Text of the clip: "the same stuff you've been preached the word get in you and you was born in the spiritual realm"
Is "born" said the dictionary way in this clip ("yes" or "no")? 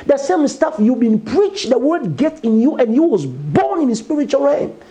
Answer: yes